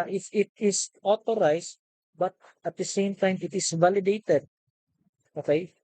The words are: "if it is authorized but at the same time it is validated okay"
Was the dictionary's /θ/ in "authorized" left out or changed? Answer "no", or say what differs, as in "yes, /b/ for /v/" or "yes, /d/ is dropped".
yes, /t/ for /θ/